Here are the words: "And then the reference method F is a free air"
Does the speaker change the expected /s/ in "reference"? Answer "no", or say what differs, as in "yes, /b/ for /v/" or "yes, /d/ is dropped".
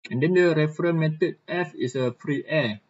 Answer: yes, /s/ is dropped